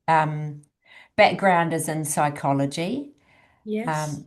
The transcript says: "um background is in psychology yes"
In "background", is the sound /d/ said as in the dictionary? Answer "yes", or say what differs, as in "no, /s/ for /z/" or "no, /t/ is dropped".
yes